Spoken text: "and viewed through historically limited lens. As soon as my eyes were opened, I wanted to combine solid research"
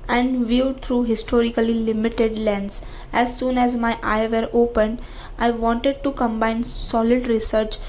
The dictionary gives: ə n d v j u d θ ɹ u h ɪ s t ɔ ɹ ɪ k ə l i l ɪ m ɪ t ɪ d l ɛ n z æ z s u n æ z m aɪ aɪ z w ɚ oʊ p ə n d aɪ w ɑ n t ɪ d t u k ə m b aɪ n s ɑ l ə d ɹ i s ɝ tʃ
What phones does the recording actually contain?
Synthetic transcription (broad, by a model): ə n d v j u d t ɹ u h ɪ s t ɔ ɹ ɪ k ə l i l ɪ m ɪ t ɪ d l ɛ n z æ z s u n æ z m aɪ aɪ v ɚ oʊ p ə n d aɪ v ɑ n t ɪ d t u k ə m b aɪ n s ɑ l ə d ɹ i s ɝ tʃ